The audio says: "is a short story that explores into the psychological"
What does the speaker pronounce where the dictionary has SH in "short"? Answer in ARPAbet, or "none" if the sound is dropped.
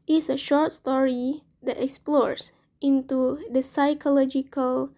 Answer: SH